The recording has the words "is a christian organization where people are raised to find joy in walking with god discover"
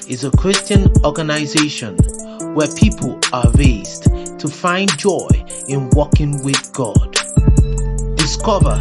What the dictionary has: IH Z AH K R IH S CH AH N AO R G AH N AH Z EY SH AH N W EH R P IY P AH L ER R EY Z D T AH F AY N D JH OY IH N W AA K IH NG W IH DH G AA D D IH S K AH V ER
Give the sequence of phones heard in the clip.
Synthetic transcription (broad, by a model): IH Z AH K R IH S CH AH N AO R G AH N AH Z EY SH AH N W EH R P IY P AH L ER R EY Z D T AH F AY N JH OY IH N W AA K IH NG W IH DH G AA D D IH S K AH V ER